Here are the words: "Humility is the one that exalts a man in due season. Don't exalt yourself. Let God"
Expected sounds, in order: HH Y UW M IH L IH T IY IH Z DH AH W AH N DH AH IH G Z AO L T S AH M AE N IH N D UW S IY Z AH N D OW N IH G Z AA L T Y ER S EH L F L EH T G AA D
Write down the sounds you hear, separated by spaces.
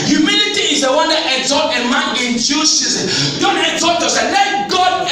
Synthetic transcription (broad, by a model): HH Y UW M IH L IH T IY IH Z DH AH W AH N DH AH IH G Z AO T AH M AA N IH N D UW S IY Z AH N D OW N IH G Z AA T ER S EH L L EH T G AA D